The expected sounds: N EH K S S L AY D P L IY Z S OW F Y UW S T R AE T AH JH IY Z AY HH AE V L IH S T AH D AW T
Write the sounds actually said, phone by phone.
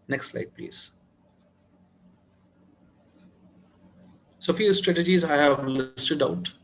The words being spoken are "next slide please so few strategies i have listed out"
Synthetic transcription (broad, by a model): N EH K S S L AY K P L IY Z S OW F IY S T R AE T AH JH IY Z AY HH AE V L IH S T AH D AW T